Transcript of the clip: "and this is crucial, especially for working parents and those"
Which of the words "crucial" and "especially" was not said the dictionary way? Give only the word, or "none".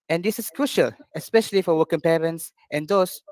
none